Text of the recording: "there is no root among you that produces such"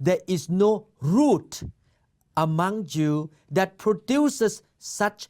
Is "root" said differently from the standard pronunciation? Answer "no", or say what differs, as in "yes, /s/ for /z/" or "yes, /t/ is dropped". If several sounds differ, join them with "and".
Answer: no